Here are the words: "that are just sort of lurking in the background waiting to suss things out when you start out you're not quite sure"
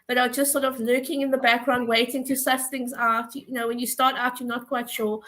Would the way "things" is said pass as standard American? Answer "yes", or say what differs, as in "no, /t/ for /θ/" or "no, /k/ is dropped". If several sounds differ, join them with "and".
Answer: yes